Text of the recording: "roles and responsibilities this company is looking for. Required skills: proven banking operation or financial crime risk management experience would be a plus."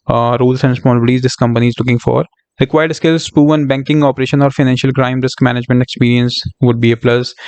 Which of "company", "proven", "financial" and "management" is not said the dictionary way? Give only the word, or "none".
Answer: proven